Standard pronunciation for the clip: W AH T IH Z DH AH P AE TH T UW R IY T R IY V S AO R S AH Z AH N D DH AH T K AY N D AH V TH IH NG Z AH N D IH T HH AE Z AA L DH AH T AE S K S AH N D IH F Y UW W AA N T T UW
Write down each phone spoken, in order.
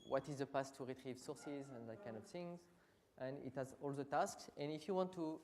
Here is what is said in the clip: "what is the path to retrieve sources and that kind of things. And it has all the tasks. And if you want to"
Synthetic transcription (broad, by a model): W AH T IH Z DH AH P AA S T UW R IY T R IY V S AO R S AH Z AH N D DH AH T K AY N D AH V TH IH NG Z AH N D IH T HH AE Z AA L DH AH T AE S K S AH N IH F Y UW W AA N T T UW